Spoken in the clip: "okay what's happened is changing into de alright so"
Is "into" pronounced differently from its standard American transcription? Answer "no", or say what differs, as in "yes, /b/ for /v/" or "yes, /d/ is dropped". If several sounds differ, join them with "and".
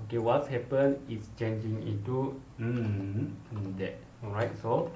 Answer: yes, /n/ is dropped